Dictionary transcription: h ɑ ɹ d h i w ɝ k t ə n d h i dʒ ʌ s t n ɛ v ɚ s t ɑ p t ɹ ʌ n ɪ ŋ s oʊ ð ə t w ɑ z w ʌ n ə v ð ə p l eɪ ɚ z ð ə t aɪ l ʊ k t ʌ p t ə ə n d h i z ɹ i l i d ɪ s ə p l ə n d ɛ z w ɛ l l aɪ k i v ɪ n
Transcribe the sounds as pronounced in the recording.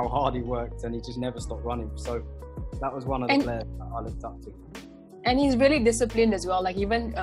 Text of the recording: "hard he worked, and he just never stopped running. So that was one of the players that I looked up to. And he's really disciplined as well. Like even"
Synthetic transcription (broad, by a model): h ɑ d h i w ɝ k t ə n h i dʒ ʌ s n ɛ v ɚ s t ɑ p t ɹ ʌ n ɪ ŋ s oʊ ð ə t w ɑ z w ʌ n ə v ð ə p l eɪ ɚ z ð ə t aɪ l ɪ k t ʌ p t ə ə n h i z ɹ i l i d ɪ s ə p l ə n d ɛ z w ɛ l l aɪ k i v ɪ n